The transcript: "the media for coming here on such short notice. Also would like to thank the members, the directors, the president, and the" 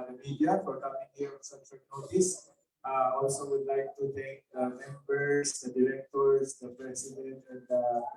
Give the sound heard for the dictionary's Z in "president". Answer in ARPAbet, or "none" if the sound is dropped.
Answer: S